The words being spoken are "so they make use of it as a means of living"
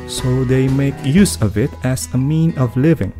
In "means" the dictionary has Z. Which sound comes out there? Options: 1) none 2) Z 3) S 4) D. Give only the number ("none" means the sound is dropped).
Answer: 1